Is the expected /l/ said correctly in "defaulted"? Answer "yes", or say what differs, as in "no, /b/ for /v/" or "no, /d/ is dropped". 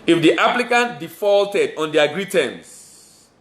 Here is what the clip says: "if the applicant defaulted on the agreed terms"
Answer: yes